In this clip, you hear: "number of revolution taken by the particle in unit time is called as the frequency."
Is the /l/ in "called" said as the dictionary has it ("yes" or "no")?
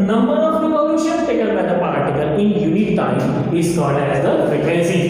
no